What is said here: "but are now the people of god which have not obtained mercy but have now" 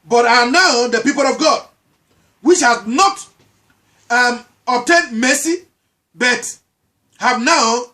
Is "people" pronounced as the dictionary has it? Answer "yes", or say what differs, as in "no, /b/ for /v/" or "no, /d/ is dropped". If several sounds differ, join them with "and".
yes